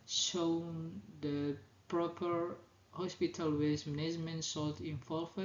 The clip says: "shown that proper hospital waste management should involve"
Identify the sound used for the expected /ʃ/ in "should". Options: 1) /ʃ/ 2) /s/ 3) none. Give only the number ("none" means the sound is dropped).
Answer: 2